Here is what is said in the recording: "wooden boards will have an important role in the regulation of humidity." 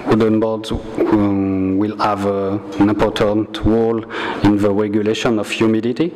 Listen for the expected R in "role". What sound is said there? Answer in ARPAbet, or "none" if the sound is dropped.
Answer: W